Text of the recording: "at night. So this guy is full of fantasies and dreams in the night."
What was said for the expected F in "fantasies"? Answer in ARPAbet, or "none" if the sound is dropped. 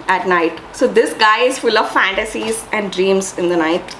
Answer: F